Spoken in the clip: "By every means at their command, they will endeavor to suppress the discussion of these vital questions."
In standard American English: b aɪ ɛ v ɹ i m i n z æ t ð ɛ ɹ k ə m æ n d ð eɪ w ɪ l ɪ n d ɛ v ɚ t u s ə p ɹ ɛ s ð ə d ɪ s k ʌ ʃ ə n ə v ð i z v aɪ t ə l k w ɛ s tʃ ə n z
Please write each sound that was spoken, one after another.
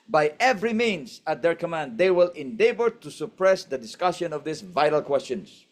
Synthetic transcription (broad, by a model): b aɪ ɛ v ɹ i m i n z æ t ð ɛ ɹ k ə m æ n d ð eɪ w ɪ l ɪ n d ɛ b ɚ t u s ə p ɹ ɛ s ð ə d ɪ s k ʌ ʃ ə n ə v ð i s v aɪ t ə l k w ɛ s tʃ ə n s